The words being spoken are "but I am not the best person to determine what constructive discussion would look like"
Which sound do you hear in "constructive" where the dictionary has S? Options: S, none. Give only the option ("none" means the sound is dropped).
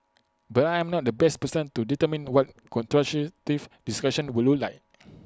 none